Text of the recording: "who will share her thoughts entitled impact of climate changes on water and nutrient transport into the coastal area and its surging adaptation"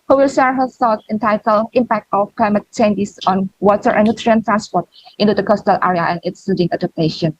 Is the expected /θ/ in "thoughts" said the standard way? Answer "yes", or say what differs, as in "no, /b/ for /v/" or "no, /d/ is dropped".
no, /s/ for /θ/